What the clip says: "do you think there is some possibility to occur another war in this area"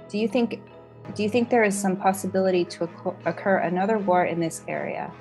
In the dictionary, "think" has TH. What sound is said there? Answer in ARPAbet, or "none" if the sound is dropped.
TH